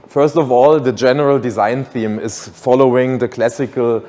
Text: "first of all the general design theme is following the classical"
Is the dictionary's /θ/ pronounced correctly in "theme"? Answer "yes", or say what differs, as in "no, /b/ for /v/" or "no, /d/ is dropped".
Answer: yes